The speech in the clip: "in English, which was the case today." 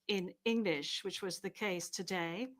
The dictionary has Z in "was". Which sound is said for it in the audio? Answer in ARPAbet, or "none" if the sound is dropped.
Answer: Z